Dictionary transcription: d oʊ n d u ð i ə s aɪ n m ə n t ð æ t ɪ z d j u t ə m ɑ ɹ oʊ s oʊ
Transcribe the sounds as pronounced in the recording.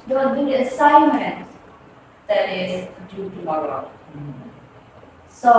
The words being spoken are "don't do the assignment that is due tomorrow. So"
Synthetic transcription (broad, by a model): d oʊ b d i ə s aɪ n m ə n t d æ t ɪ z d j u t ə ɑ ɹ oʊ s oʊ